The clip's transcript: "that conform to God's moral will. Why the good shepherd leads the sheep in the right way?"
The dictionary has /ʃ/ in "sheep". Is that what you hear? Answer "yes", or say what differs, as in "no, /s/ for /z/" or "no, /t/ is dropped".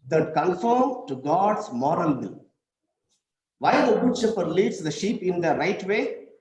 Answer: yes